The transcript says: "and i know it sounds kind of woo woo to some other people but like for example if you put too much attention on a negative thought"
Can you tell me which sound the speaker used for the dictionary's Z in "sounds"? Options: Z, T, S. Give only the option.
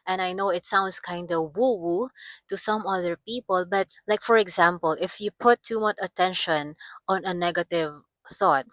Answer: S